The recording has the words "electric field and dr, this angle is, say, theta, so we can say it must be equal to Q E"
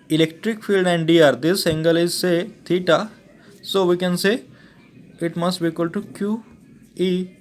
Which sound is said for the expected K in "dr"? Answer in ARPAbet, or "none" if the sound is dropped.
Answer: none